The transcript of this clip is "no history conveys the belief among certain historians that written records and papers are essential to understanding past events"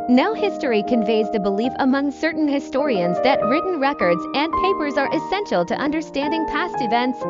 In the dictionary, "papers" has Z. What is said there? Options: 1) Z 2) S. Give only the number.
1